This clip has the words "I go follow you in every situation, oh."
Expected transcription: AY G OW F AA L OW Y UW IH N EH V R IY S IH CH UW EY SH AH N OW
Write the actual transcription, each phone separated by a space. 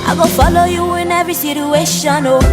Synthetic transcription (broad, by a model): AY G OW F AA L OW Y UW IH N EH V IY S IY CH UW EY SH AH N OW